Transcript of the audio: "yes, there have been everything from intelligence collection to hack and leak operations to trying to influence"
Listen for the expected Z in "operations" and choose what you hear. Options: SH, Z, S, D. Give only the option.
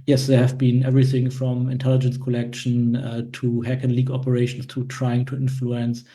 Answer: S